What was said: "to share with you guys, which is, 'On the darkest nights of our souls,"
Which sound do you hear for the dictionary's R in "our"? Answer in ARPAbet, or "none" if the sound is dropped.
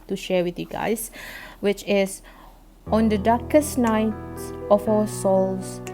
W